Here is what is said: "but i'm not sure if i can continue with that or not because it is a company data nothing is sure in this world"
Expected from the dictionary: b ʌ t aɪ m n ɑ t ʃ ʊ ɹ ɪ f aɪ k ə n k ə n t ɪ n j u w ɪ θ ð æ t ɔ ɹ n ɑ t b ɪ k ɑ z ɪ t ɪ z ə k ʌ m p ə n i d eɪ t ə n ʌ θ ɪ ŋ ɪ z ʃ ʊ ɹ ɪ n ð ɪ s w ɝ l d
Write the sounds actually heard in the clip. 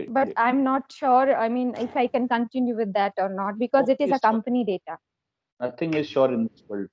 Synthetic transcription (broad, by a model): b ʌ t aɪ m n ɑ t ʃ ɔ ɹ ɪ f aɪ k ə n k ə n t ɪ n j u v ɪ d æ t ɔ ɹ n ɑ t b ɪ k ɑ z ɪ t ɪ z ə k ʌ m p ə n i d eɪ t ə n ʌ t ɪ ŋ ɪ z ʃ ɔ ɹ ɪ n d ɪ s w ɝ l d